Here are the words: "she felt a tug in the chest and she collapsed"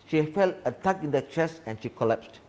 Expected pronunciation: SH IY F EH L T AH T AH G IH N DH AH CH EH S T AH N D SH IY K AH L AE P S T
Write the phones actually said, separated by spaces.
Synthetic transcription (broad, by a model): SH IY F EH L T AH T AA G IH N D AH CH EH S AH N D SH IY K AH L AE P S T